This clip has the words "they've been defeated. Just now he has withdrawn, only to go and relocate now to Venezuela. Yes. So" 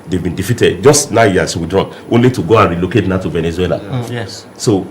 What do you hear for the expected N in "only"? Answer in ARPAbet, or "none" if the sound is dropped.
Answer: N